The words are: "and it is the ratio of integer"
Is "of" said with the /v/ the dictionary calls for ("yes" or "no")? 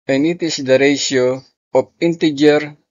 no